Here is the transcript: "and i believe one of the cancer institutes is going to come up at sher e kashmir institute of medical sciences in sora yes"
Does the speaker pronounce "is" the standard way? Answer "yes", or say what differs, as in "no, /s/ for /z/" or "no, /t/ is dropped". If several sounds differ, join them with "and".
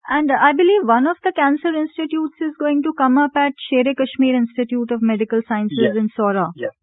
yes